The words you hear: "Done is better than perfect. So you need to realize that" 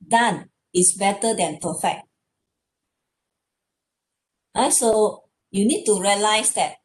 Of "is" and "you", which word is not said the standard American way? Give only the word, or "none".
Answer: is